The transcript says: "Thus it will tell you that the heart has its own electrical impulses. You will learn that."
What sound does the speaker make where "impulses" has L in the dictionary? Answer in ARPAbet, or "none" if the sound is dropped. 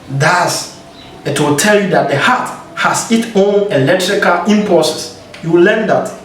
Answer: none